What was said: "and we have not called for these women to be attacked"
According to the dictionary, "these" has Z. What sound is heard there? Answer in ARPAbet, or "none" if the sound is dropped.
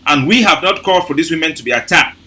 S